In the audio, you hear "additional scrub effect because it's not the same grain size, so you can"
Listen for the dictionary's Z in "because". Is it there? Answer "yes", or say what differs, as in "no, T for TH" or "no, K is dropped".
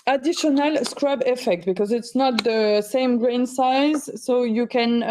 yes